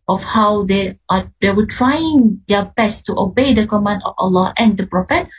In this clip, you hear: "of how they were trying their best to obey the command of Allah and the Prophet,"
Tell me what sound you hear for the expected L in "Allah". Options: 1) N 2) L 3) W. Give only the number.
2